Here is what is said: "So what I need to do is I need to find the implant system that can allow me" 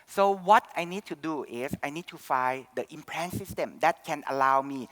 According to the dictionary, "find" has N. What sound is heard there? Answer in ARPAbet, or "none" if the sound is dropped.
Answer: none